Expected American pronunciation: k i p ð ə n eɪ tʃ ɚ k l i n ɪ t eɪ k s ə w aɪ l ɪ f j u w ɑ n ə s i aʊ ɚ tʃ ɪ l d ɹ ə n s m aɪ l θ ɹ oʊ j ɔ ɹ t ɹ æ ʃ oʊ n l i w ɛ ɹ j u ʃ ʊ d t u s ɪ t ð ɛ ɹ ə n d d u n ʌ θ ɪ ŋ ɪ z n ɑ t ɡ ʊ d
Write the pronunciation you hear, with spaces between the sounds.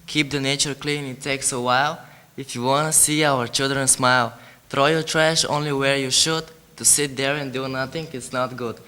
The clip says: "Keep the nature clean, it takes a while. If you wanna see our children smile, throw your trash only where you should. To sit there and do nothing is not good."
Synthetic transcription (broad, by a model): k i p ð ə n eɪ tʃ ɚ k l i n ɪ t eɪ k s ə w aɪ l ɪ f j u w ɑ n ə s i aʊ ɚ tʃ ɪ l d ɹ ə n s m aɪ l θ ɹ oʊ j ɔ ɹ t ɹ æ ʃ oʊ n l i w ɛ ɹ j u ʃ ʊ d t u s ɪ t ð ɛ ɹ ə n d d u n ʌ θ ɪ ŋ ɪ s n ɑ t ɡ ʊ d